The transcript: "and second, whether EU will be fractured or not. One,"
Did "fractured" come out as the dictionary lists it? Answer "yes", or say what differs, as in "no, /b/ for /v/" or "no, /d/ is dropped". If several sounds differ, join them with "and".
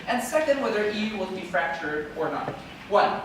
yes